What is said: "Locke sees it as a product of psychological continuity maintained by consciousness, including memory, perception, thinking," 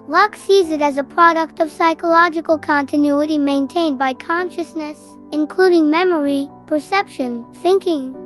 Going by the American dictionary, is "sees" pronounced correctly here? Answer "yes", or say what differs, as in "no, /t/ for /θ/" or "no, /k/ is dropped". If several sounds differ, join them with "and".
yes